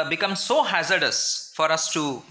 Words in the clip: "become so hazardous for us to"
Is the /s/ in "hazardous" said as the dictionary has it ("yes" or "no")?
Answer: yes